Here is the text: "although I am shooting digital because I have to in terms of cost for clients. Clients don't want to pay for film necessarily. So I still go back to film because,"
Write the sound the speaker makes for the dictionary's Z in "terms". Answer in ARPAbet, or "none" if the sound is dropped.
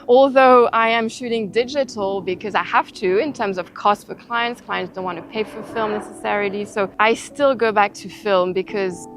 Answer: Z